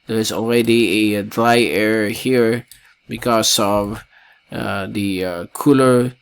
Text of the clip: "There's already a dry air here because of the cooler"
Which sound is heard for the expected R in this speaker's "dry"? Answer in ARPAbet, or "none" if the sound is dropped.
R